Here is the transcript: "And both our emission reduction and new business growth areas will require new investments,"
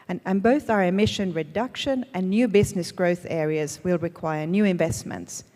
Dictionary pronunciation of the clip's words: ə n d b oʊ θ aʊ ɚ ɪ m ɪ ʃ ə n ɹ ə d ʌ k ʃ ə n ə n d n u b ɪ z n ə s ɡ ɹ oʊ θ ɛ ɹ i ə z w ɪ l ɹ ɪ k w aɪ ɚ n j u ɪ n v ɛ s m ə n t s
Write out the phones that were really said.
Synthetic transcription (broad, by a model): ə n b oʊ θ aʊ ɚ ɪ m ɪ ʃ ə n ɹ ə d ʌ k ʃ ə n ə n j u b ɪ z n ə s ɡ ɹ oʊ θ ɛ ɹ i ə z w ɪ l ɹ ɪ k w aɪ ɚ n j u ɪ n v ɛ s m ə n t s